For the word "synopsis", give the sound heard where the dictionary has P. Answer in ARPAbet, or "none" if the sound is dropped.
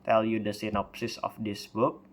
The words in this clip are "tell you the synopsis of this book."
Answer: P